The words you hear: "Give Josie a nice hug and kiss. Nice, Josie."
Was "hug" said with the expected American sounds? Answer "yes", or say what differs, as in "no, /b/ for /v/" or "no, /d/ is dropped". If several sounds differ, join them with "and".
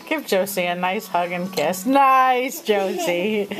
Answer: yes